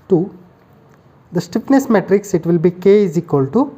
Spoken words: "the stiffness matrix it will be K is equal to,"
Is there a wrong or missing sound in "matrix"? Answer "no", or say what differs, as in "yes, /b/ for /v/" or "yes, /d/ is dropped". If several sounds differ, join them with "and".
no